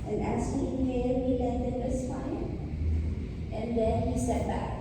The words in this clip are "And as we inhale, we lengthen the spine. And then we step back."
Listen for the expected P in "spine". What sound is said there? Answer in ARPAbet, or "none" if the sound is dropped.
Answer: F